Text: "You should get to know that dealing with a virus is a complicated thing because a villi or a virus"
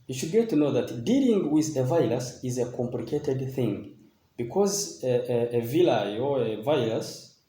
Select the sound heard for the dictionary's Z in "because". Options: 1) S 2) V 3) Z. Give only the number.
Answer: 3